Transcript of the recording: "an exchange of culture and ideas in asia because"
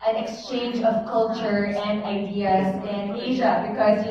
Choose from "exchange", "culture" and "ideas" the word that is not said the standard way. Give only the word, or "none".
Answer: none